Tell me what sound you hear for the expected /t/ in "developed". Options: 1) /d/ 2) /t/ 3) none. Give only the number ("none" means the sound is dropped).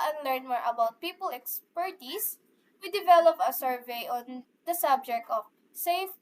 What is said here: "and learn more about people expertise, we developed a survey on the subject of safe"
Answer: 3